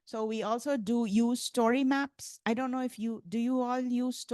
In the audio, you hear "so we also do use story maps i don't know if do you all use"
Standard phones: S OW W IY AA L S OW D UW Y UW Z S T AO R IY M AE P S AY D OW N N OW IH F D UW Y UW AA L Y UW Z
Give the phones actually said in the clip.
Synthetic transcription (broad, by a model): S OW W IY AA L S OW D UW Y UW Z S T AO R IY M AE P S AY D OW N N OW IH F D UW Y UW AA L Y UW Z